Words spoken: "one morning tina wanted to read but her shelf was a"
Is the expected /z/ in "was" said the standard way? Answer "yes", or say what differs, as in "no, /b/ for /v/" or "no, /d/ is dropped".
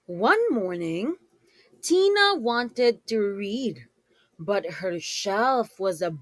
yes